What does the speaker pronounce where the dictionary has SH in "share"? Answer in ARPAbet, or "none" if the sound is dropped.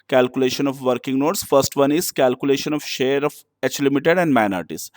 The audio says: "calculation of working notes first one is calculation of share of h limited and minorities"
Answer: SH